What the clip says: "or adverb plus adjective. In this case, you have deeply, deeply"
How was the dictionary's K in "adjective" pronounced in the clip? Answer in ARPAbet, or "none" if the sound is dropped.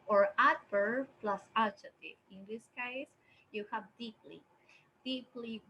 none